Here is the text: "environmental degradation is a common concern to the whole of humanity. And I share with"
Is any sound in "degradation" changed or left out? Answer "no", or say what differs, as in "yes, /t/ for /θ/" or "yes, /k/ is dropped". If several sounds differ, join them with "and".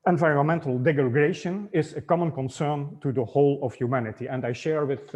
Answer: yes, /ɹ/ is dropped